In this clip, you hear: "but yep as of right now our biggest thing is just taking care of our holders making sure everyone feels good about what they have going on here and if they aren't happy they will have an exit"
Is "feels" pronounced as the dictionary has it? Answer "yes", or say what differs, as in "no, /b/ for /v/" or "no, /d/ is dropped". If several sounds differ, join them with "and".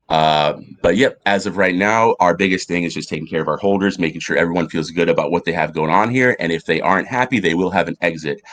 yes